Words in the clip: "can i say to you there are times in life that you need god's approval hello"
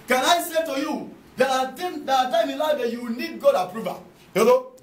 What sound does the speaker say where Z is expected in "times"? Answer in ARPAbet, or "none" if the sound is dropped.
none